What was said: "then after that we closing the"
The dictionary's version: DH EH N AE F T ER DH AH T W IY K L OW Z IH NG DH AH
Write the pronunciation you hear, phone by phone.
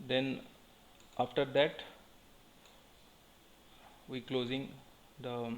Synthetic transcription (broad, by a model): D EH N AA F T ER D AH T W IY K L OW Z IH NG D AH